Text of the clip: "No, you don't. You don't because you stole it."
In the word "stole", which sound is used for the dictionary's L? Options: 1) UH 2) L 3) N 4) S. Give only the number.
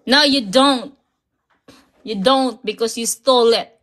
2